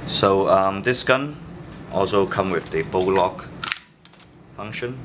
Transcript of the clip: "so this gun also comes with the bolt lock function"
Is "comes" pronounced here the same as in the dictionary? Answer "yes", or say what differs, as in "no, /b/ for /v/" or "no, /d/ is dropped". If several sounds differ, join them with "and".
no, /z/ is dropped